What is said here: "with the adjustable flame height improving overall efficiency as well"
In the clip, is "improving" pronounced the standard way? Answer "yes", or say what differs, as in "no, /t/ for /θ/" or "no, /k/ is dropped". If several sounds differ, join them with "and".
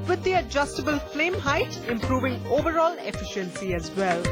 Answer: yes